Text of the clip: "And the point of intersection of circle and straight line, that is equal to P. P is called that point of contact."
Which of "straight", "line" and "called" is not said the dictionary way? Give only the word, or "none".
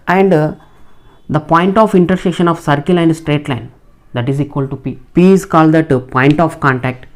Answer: none